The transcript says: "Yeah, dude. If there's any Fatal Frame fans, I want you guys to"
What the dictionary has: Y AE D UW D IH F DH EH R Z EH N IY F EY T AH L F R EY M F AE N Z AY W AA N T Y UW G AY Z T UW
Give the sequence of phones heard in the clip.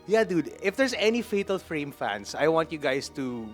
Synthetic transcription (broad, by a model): Y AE D UW D IH F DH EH R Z EH N IY F EY T AH L F R EY M F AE N S AY W AA N T Y UW G AY S T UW